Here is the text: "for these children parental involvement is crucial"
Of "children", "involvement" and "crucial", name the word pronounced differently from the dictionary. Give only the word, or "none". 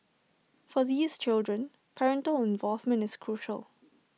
none